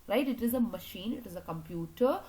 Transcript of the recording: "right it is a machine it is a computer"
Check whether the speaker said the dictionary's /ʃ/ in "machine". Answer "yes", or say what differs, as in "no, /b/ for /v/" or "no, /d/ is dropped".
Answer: yes